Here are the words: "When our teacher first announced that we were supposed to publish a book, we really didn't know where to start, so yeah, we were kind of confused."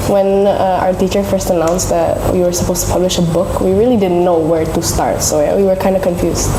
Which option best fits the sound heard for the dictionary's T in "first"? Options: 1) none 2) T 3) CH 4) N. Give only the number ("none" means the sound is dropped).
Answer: 2